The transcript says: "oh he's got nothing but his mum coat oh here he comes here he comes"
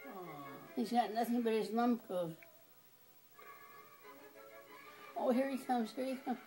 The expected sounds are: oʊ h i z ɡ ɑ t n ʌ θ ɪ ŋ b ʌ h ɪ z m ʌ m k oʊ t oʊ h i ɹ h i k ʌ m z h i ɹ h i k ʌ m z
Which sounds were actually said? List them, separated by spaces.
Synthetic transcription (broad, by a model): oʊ h i z ɡ ɑ t n ʌ θ ɪ ŋ b ʌ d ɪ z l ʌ m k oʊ oʊ h i ɹ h i k ʌ m z h i ɹ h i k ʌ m